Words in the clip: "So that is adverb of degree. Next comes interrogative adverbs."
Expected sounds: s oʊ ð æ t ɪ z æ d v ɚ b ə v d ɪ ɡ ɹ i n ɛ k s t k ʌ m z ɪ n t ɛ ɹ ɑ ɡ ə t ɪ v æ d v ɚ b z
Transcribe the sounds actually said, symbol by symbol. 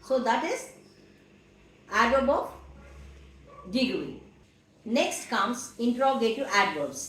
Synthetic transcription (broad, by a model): s oʊ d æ t ɪ z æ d ɚ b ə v d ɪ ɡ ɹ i n ɛ k s t k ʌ m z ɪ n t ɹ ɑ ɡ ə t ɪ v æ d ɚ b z